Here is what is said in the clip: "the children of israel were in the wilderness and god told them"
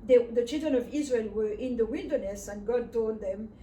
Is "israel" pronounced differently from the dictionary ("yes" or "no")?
no